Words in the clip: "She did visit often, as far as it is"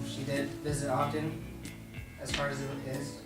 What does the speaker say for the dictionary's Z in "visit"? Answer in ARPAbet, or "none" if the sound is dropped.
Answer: Z